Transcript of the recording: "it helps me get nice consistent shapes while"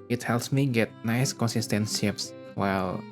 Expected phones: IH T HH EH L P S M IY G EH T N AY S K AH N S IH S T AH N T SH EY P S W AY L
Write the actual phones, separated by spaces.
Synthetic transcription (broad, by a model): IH T HH EH L P S M IY G EH T N AY S K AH N S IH S T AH N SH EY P S W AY L